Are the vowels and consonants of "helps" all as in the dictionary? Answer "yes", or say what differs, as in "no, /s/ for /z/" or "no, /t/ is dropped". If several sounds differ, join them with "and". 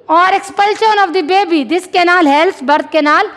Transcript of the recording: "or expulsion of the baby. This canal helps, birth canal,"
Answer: no, /p/ is dropped